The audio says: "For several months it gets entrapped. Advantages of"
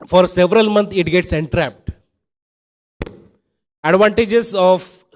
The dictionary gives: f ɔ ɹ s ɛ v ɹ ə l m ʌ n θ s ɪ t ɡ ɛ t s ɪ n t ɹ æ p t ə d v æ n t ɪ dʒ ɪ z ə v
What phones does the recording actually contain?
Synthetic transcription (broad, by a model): f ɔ ɹ s ɛ v ɹ ə l m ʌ n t ɪ t ɡ ɛ t s ɪ n t ɹ æ p t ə d v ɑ n t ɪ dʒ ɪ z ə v